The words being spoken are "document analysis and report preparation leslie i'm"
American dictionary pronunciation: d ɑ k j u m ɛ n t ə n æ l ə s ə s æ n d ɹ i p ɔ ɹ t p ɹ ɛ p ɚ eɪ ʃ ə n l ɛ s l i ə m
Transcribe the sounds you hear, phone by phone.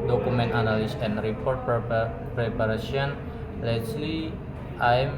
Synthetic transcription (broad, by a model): d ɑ k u m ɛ n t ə n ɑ l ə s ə n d ɹ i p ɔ ɹ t p ɹ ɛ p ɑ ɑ s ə n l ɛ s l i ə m